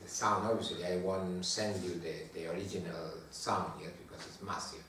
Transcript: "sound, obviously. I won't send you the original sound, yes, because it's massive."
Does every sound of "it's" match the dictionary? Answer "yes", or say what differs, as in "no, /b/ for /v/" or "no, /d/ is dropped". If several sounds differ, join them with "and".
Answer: yes